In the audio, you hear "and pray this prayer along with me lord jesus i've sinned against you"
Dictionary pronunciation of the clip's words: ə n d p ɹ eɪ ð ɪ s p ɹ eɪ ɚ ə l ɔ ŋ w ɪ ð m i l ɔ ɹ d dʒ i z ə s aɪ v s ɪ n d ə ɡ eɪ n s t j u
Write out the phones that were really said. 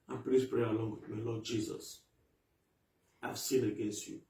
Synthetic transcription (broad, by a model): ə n p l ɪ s p ɹ eɪ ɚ ə l ɔ ŋ w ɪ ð m i l ɔ d dʒ i z ə s aɪ v s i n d ə ɡ eɪ n s t j u